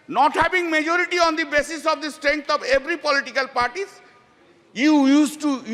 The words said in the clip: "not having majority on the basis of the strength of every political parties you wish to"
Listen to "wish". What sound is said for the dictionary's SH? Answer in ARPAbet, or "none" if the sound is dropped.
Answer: S